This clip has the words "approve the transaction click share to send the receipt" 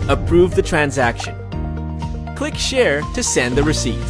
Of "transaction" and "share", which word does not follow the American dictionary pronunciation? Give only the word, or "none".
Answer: none